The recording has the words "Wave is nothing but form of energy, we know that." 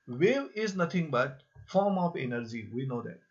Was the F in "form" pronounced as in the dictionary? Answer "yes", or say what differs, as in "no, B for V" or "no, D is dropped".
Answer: yes